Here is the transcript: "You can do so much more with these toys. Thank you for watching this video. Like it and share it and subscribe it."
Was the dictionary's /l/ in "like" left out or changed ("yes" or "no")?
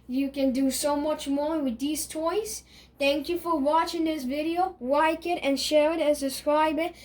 yes